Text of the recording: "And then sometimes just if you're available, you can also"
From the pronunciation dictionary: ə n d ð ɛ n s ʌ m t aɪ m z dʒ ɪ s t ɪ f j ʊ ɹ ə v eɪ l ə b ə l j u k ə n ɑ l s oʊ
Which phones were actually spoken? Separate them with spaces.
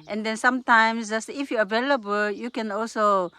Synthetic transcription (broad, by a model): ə n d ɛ n s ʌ m t aɪ m s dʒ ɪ s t ɪ f j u ə v eɪ l ə b ə l j u k ə n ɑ l s oʊ